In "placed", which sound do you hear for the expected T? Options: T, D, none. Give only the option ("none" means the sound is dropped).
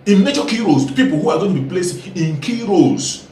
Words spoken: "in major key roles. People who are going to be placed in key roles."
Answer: none